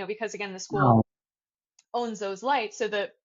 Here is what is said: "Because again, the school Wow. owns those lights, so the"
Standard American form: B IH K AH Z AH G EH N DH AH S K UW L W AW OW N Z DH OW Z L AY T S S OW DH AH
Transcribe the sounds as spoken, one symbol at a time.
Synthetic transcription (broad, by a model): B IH K AH Z AH G EH N DH AH S K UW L OW N Z DH OW Z L AY T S S OW DH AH